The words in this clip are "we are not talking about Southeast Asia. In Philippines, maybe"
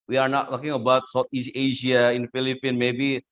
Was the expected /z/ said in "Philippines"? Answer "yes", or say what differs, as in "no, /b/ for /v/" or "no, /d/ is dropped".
no, /z/ is dropped